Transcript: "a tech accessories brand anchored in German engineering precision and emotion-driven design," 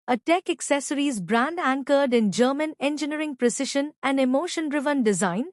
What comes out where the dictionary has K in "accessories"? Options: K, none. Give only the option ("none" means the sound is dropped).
K